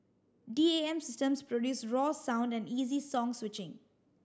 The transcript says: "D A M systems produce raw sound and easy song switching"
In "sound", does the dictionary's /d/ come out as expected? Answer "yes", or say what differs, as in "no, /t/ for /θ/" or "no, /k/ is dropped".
yes